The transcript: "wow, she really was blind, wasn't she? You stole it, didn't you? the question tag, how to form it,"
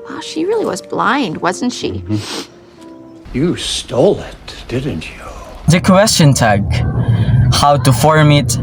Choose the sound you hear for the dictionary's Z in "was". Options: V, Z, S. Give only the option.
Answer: Z